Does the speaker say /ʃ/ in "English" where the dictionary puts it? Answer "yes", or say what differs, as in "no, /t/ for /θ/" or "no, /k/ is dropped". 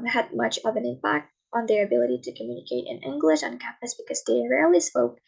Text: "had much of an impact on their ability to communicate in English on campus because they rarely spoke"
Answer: yes